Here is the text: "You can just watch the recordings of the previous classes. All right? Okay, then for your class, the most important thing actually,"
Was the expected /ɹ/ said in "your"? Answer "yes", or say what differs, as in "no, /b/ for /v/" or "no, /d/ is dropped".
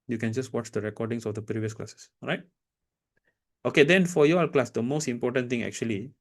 no, /l/ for /ɹ/